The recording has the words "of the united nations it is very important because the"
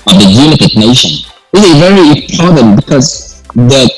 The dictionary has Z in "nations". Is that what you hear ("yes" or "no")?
no